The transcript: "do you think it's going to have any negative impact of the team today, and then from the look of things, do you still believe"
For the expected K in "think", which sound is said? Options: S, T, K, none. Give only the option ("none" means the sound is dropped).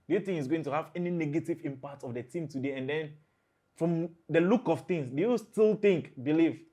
none